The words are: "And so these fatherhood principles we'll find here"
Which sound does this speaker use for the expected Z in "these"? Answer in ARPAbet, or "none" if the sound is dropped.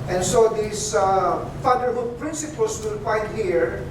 S